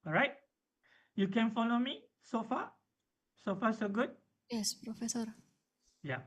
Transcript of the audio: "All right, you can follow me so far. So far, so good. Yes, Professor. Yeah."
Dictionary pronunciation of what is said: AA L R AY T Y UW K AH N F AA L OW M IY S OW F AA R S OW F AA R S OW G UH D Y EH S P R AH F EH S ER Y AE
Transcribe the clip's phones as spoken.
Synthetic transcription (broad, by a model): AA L R AY T Y UW K AH N F AA L OW M IY S OW F AA S OW F AA S OW G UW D Y EH S P R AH F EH S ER Y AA